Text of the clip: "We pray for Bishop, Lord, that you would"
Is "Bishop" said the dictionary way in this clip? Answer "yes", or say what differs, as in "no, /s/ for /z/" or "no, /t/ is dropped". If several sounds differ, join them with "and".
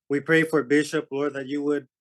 yes